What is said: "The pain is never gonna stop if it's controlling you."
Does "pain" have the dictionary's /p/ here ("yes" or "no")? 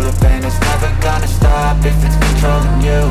no